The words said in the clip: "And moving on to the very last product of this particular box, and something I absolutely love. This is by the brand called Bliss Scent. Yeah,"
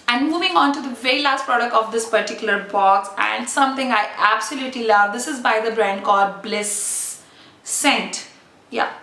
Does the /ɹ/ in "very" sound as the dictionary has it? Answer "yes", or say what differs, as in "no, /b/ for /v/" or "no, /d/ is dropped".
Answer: yes